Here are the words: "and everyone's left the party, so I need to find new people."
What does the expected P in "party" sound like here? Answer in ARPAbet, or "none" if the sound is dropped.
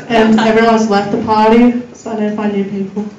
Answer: P